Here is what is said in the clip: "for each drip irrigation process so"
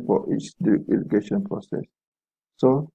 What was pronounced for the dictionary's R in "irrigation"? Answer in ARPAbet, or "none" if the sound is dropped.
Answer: L